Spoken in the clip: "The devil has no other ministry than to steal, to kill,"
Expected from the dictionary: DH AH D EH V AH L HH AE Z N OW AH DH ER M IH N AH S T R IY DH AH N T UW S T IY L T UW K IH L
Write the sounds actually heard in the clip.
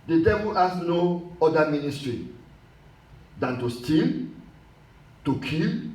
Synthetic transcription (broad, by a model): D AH D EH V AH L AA S N OW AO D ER M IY N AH S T R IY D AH N T UW S T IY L T UW K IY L